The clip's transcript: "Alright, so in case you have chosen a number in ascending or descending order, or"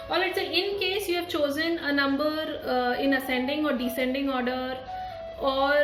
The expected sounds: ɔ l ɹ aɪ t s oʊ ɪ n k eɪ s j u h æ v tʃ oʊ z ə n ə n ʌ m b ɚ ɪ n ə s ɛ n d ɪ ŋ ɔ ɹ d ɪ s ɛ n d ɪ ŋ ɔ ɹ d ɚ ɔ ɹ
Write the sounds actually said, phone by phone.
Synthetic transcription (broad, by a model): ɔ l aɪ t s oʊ ɪ n k eɪ s j u h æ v tʃ oʊ z ə n ə n ʌ m b ɚ ɪ n ə s ɛ n d ɪ ŋ ɔ ɹ d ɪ s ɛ n d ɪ ŋ ɔ ɹ d ɚ ɔ ɹ